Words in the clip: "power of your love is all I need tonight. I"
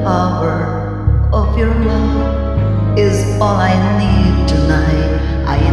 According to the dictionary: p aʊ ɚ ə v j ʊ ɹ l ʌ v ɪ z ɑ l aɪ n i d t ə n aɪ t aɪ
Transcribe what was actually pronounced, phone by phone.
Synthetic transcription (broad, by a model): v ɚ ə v j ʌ ɹ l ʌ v ɪ z ɑ l aɪ n i d t ə n aɪ t aɪ